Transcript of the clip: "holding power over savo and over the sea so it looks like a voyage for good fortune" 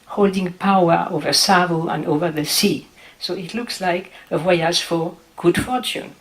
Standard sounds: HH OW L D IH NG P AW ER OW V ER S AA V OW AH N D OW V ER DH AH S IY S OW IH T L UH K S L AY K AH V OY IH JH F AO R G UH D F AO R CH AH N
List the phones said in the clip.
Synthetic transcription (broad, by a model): HH OW L D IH NG P AW ER OW V ER S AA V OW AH N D OW V ER DH AH S IY S OW IH T L UH K S L AY K AH W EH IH Z F AO R G UH D F AO R CH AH N